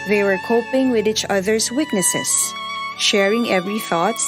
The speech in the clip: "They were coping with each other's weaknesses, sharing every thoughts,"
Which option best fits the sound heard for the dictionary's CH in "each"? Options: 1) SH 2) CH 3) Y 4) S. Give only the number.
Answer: 2